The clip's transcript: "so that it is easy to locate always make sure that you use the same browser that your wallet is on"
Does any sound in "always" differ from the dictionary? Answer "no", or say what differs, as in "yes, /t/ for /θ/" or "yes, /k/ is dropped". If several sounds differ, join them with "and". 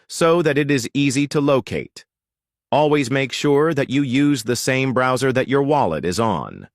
no